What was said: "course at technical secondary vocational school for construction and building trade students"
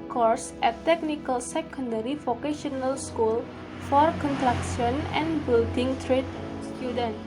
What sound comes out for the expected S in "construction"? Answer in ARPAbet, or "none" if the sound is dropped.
none